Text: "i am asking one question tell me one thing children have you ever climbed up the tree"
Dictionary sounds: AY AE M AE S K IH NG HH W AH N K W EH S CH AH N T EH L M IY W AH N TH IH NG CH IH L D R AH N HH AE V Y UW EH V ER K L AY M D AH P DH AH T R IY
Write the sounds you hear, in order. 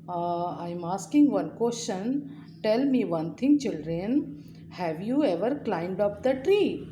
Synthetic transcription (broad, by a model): AY M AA S K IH NG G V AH N K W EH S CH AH N T EH L M IY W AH N T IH NG CH IH L D R AH N HH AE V Y UW EH V ER K L AY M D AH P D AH T R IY